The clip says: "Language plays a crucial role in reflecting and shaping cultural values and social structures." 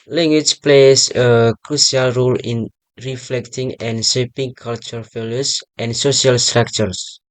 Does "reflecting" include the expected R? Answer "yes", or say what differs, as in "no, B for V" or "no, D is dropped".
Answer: yes